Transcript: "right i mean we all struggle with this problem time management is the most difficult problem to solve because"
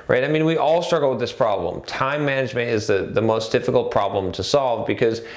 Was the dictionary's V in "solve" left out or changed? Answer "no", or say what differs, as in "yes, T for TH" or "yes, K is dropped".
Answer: no